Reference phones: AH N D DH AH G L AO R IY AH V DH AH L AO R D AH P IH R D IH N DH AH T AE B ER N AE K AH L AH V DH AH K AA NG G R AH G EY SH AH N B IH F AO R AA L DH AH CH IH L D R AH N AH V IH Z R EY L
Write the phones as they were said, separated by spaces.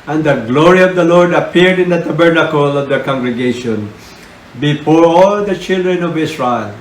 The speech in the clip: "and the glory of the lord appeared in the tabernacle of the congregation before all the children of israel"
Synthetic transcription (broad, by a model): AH N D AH G L AO R IY AH V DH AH L AO R D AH P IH R D IH N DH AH T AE B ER N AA K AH L AH V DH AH K AA NG G R AH G EY SH AH N B IH F AO R AA L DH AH CH IH L D R AH N AH V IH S R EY L